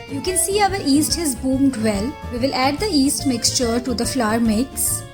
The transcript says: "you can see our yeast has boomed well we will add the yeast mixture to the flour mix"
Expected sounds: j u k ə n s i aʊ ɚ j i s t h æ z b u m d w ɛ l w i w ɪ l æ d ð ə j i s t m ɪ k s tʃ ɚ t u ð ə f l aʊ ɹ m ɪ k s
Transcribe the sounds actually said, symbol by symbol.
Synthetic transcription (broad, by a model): j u k ə n s i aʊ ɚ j i s t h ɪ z b u m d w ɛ l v i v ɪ l æ d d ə i s t m ɪ k s tʃ ɚ t u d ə f l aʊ ɹ m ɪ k s